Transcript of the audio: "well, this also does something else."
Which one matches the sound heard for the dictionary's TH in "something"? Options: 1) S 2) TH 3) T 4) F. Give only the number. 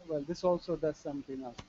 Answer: 3